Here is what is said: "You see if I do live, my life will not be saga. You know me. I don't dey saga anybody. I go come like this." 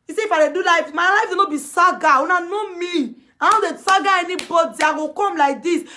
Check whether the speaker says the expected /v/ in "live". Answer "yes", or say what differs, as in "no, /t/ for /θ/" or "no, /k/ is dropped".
no, /f/ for /v/